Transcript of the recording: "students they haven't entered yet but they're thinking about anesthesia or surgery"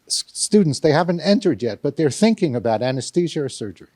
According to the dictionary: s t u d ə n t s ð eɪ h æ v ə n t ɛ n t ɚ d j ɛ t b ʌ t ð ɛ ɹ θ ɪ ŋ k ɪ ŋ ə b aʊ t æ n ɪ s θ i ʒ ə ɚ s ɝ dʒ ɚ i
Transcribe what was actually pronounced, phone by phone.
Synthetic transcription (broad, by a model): s t u d n t s ð eɪ h æ v ə n t ɛ n t ɚ d j ɛ t b ʌ t ð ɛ ɹ θ ɪ ŋ k ɪ ŋ ə b aʊ t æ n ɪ s t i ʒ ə ɚ s ɝ dʒ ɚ i